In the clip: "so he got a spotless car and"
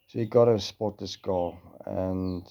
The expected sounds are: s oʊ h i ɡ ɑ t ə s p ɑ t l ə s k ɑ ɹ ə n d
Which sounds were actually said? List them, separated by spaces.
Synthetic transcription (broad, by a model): s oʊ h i ɡ ɑ t ə s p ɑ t ə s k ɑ l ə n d